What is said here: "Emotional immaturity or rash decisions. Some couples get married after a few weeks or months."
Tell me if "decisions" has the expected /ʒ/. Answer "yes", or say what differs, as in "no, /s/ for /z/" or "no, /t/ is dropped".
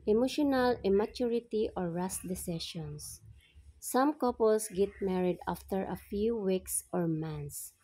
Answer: no, /ʃ/ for /ʒ/